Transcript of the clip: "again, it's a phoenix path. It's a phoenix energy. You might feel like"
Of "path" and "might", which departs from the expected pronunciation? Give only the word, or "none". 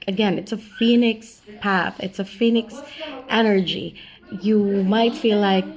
none